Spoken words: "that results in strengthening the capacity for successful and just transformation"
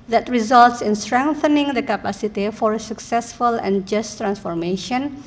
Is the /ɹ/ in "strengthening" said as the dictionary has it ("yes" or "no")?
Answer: yes